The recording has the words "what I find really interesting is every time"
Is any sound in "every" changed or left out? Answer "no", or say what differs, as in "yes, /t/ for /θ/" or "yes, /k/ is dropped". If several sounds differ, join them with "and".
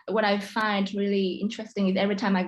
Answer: no